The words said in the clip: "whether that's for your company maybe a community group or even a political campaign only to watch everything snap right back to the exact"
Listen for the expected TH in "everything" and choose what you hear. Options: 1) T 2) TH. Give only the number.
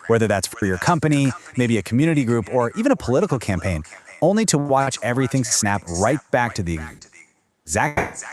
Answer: 2